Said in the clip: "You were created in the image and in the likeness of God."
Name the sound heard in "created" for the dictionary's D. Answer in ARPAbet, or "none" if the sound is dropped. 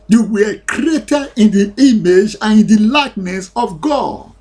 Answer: none